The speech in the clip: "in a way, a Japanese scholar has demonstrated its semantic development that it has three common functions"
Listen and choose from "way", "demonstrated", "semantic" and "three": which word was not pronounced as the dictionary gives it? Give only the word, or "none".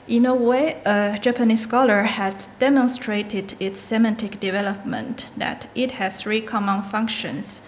none